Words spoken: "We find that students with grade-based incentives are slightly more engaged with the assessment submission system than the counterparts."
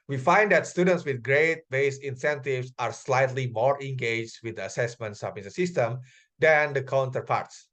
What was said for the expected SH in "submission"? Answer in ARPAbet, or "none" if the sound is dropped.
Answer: S